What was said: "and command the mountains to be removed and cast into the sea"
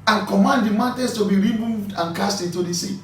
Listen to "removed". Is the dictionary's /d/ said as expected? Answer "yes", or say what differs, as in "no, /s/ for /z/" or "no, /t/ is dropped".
yes